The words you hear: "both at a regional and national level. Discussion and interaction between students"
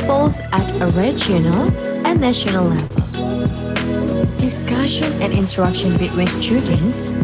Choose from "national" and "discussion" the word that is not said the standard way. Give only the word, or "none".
none